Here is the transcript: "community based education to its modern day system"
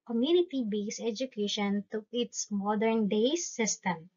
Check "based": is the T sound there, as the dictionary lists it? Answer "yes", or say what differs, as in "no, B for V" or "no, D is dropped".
no, T is dropped